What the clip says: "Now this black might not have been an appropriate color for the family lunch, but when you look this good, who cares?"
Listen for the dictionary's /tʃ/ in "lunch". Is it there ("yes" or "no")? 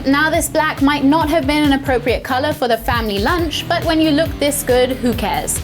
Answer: yes